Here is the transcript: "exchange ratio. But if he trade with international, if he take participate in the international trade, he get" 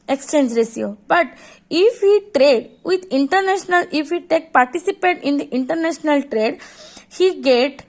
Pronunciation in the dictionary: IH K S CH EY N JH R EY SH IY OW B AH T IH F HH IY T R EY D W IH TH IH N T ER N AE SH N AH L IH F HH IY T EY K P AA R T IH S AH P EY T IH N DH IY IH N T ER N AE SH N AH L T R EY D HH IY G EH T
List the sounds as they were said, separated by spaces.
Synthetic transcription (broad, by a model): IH K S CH EY N JH R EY S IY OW B AH T IH F HH IY T R EY D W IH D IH N T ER N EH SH N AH L IH F HH IY T EY K P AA R T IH S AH P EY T IH N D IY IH N T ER N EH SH N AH L T R EY D HH IY G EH T